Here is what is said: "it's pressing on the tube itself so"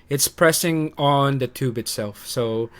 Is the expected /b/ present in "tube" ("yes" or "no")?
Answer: yes